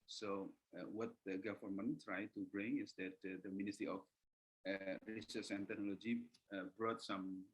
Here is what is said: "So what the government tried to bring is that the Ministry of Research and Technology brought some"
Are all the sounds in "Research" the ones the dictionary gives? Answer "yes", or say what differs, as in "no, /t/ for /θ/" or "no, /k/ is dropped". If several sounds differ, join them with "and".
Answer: no, /s/ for /tʃ/